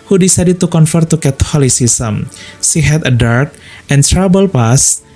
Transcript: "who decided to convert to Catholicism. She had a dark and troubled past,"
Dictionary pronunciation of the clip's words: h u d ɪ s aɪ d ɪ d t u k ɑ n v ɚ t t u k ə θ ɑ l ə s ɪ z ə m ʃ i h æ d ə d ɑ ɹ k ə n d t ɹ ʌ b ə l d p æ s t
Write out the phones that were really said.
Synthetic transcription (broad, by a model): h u d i s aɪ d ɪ t u k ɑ n f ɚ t t u k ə t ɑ l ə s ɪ s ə m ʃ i h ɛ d ə d ɑ ɹ k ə n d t ɹ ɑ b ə l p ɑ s